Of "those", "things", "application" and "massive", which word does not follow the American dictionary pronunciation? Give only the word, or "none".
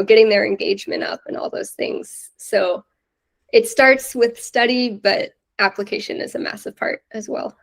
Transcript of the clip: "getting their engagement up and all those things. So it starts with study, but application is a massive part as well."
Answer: none